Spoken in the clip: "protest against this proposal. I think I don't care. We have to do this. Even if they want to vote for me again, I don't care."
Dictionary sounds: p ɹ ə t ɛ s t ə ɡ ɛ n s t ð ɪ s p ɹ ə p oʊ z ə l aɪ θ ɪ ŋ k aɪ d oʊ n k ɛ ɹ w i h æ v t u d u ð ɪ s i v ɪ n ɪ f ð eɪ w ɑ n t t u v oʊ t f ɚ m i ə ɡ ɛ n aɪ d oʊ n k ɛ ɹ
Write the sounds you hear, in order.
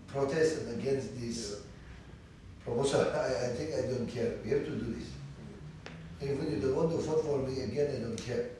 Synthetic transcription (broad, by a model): p ɹ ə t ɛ s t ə ɡ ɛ n s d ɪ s p ɹ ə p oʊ s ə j aɪ t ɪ ŋ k aɪ d oʊ n k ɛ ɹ w i h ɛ f t u d u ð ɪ s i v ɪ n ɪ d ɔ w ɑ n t t u f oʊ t f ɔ m i ə ɡ ɛ n aɪ d oʊ n k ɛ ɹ